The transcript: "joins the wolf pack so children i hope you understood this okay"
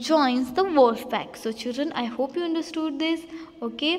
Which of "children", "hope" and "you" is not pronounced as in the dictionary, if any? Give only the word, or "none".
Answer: none